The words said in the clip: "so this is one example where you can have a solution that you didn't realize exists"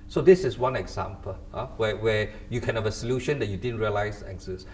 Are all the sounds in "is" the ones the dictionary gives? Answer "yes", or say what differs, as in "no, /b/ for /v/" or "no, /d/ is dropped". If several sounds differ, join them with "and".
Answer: no, /s/ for /z/